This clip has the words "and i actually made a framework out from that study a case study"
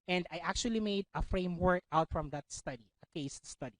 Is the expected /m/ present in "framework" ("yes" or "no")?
yes